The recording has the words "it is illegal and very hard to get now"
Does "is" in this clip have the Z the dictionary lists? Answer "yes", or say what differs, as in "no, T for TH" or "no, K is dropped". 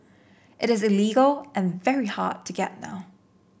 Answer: yes